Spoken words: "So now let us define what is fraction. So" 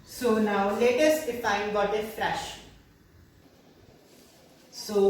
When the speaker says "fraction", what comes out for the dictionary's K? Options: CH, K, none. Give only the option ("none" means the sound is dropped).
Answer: none